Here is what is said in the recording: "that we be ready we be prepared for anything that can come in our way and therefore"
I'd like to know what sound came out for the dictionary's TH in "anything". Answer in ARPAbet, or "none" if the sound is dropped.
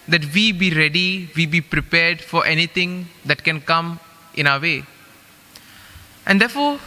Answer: T